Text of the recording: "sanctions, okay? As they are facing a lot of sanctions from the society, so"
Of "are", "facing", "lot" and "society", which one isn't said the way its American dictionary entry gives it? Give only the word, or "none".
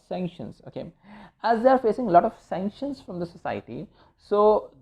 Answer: none